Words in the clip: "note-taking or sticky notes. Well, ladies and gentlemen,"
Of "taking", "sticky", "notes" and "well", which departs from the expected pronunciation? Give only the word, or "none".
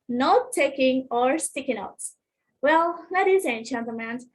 notes